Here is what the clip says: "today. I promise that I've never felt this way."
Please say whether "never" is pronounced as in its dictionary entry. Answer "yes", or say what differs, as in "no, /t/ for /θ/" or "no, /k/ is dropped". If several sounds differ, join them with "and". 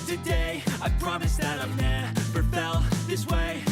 no, /b/ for /v/